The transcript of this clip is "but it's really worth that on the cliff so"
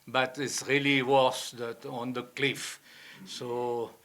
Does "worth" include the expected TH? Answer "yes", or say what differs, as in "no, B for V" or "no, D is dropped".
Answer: no, S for TH